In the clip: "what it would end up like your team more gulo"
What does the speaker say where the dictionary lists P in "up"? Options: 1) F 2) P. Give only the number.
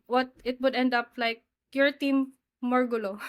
2